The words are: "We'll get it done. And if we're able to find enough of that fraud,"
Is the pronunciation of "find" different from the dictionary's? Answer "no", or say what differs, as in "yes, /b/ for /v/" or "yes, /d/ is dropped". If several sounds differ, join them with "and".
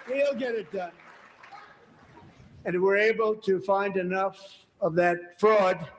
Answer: no